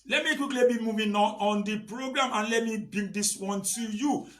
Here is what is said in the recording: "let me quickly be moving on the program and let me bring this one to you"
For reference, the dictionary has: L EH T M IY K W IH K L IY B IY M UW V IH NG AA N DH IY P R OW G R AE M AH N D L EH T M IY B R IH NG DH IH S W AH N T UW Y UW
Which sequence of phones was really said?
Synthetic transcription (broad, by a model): L EH T M IY K W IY K L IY B IY M UW V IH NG AA N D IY P R OW G R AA M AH N L EH T M IY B IY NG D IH S W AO N T UW Y UW